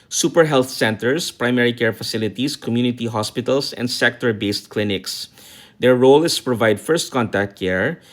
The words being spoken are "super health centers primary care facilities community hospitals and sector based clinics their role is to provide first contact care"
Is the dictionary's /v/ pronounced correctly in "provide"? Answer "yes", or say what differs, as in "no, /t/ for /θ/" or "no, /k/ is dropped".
yes